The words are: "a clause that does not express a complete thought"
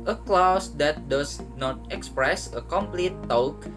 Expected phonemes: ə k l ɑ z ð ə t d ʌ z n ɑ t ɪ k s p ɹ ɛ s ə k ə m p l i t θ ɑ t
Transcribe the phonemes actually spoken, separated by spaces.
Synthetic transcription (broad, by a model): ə k l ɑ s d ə t d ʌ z n ɑ t ɪ k s p ɹ ɛ s ə k ə m p l i t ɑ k